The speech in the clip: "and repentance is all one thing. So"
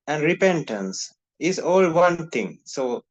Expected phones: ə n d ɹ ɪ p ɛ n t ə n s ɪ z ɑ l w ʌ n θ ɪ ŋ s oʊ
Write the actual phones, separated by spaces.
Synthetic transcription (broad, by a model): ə n d ɹ ɪ p ɛ n t ə n s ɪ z ɑ l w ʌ n t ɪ ŋ s oʊ